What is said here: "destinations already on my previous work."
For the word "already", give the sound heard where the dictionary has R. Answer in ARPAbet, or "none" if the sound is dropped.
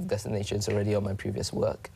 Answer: R